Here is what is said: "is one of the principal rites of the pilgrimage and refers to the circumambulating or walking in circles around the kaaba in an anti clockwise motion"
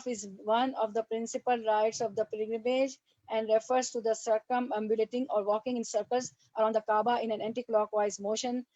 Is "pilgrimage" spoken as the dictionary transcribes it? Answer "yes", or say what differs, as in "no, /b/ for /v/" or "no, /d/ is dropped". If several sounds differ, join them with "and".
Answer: no, /l/ is dropped